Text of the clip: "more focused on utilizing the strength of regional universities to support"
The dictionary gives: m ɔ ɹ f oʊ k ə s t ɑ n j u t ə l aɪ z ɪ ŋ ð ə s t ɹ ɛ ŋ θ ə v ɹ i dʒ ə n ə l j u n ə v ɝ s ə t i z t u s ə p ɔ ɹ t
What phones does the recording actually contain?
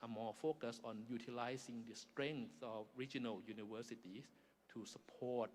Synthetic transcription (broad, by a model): m ɔ f oʊ k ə s ɑ n j u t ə l aɪ s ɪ ŋ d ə s t ɹ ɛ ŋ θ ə f ɹ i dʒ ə n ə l j u n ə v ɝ s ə t i s t u s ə p ɔ t